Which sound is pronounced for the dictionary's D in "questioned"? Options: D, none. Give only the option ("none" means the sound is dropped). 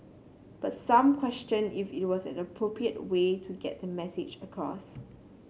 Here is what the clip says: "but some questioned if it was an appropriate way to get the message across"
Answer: none